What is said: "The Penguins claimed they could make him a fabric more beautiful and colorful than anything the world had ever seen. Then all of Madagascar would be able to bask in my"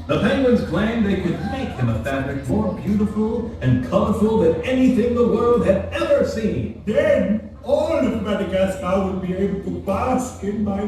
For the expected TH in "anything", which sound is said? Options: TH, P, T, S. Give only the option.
TH